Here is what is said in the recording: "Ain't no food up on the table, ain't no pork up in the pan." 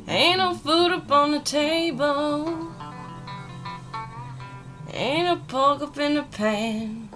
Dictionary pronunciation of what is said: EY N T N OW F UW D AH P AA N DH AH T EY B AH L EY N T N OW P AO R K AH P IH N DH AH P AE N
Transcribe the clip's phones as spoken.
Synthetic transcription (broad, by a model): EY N N OW F UW D AH P N DH AH T EY B AH L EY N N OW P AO L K AH P IH N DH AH P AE N